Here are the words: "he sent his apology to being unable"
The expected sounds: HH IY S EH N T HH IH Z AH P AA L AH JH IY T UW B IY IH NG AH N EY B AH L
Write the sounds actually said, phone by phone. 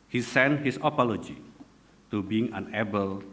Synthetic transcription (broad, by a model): HH IY S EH N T HH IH S AH P AA L AH JH IY T UW B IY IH NG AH N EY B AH L